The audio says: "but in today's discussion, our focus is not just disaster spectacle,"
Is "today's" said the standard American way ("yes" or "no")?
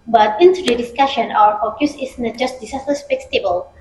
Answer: no